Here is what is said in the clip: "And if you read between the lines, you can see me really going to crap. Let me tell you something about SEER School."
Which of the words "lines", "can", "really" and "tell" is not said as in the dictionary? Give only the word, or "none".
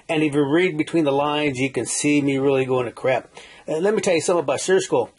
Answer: none